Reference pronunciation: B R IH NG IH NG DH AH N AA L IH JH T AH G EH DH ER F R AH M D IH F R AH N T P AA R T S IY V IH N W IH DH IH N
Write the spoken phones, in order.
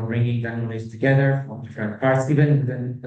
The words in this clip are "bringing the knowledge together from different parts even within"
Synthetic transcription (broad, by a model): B R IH NG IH NG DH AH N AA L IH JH T AH G EH DH ER F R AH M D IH F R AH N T P AA R T S IY V IH N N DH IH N